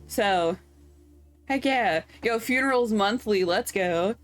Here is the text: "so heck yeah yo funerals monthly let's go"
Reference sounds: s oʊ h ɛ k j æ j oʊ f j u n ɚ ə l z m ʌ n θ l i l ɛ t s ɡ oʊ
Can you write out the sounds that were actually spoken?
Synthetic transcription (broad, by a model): s oʊ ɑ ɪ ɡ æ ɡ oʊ f j u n ɚ l z m ʌ n θ l i l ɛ t s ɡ oʊ